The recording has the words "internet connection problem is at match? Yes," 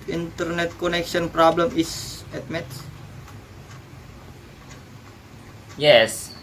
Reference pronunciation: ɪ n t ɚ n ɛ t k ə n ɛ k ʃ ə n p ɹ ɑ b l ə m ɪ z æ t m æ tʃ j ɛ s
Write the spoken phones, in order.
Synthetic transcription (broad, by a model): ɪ n t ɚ n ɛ t k ə n ɛ k ʃ ə n p ɹ ɑ b l ə m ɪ s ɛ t m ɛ s j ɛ s